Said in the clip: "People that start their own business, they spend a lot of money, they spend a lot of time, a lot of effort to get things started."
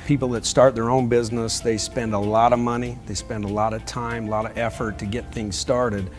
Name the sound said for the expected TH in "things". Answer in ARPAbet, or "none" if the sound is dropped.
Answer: TH